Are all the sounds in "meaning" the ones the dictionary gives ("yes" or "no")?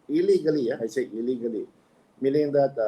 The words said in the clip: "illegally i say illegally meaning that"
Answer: no